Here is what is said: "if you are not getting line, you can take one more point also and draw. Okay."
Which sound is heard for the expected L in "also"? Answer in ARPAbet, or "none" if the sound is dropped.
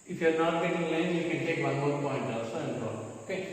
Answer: none